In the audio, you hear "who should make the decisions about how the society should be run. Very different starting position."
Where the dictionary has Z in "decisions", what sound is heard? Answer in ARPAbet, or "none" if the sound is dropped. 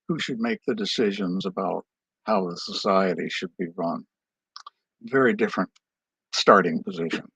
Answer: Z